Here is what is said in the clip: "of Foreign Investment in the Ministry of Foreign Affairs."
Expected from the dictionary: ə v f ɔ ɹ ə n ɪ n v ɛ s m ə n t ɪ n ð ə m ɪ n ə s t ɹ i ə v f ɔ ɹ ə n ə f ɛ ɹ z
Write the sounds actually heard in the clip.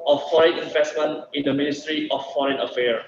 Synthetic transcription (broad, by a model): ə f f ɔ ɹ ə n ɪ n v ɛ s m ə n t ɪ n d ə m ɪ n ə s t ɹ i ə f f ɔ ɹ ə n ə f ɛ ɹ